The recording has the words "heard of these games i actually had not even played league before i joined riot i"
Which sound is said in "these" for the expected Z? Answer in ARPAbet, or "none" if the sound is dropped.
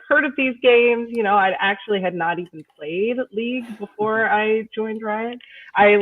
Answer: Z